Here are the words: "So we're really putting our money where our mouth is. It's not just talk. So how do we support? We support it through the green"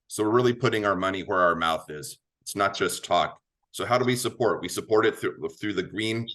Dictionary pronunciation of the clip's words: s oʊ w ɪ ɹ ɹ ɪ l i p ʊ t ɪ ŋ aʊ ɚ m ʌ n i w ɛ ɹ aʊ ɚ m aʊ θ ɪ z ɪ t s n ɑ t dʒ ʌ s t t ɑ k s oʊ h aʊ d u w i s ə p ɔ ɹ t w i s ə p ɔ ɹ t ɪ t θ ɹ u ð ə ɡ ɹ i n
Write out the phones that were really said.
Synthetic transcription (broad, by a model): s oʊ w ɪ ɹ ɹ ɪ l i p ʊ t ɪ ŋ aʊ ɚ m ʌ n i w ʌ ɹ aʊ ɚ m aʊ θ ɪ z ɪ t s n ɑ t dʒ ʌ s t t ɑ k s oʊ h aʊ d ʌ w i s ə p ɔ ɹ t w i s ə p ɔ ɹ t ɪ t θ ɹ u ð ə ɡ ɹ i n